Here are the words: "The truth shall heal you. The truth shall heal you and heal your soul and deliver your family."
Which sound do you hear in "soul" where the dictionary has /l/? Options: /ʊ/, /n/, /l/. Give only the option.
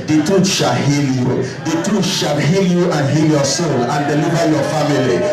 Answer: /n/